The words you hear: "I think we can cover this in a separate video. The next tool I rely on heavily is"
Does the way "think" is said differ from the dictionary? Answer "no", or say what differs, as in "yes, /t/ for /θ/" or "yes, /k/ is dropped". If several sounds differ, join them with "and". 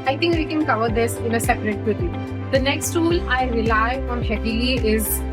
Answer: yes, /t/ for /θ/